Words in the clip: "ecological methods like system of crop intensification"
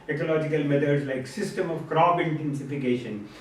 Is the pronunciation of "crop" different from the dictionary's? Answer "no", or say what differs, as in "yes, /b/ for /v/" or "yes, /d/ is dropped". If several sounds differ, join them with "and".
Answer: yes, /b/ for /p/